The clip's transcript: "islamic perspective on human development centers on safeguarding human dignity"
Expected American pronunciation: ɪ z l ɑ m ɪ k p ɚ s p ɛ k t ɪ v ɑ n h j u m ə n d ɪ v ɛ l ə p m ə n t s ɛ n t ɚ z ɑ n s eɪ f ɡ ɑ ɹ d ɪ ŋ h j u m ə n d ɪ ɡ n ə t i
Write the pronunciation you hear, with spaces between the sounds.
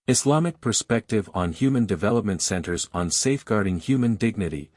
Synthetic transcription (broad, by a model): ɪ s l ɑ m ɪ k p ɚ s p ɛ k t ɪ v n h j u m ə n d ɪ v ɛ l ə p m ə n t s ɛ n t ɚ z n s eɪ f ɡ ɑ ɹ d ɪ ŋ h j u m ə n d ɪ ɡ n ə t i